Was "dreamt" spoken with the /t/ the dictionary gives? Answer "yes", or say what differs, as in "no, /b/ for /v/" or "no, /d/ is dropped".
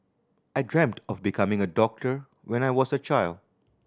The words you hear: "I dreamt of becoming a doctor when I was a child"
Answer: yes